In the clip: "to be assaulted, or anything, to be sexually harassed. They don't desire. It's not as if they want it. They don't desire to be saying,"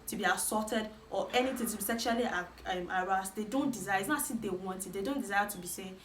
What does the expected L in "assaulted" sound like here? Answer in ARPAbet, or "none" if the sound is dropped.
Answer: none